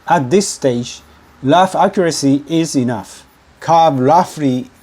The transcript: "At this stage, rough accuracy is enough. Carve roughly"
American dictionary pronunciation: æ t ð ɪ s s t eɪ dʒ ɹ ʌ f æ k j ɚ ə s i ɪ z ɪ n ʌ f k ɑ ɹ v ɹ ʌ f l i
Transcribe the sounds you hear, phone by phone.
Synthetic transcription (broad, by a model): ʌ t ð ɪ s s t eɪ dʒ l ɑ f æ k j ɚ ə s i ɪ z ɪ n ʌ f k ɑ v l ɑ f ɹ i